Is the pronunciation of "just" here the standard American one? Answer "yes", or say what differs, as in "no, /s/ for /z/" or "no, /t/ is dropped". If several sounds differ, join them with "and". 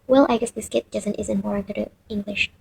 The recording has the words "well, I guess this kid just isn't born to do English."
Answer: no, /z/ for /dʒ/